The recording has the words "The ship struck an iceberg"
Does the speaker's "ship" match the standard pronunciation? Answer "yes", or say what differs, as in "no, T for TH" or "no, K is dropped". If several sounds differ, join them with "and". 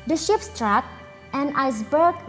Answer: yes